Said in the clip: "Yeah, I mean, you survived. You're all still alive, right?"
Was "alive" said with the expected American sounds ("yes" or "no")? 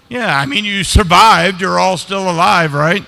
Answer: yes